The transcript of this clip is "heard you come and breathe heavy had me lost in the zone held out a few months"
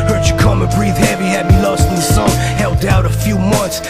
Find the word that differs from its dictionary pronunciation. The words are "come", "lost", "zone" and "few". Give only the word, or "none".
zone